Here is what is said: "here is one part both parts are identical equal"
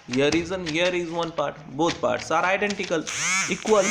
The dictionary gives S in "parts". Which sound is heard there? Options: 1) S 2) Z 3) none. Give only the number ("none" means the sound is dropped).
1